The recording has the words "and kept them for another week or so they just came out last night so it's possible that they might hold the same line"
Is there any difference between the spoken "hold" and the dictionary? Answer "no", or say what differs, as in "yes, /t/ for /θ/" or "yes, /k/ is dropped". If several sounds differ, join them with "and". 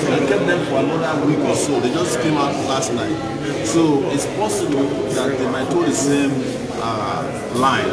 yes, /l/ is dropped